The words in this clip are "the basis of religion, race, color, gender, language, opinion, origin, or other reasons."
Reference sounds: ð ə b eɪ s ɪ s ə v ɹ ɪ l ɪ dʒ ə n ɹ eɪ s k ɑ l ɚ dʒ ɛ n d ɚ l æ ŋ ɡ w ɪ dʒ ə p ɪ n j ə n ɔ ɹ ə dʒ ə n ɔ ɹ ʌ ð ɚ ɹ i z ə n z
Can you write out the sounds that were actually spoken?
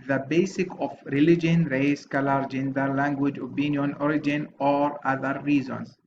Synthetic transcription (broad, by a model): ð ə b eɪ s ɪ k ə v ɹ ɪ l ɪ dʒ ə n ɹ eɪ s k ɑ l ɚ dʒ ɛ n d ɚ l æ ŋ ɡ w ɪ dʒ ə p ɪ n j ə n ɔ ɹ ə dʒ ə n ɔ ɹ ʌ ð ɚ ɹ i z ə n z